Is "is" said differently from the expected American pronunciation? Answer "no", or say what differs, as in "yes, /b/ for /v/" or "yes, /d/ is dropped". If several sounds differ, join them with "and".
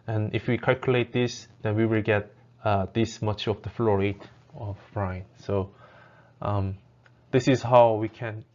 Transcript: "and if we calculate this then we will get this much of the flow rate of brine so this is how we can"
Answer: yes, /s/ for /z/